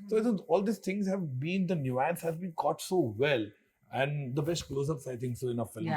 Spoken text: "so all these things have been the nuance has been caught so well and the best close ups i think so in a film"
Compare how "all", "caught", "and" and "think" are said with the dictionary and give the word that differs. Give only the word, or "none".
think